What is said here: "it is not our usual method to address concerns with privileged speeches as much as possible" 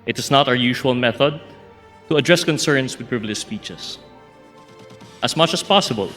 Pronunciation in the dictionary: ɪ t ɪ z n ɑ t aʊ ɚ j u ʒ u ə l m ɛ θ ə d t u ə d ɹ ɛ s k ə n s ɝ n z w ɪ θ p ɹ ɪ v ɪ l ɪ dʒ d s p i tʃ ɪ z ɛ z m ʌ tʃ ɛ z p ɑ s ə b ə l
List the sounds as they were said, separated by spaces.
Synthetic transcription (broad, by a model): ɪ t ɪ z n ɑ t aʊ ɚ j u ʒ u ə l m ɛ θ ə d t u ə d ɹ ɛ s k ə n s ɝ n s w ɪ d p ɹ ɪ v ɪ l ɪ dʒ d s p i tʃ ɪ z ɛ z m ʌ tʃ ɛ s p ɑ s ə b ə l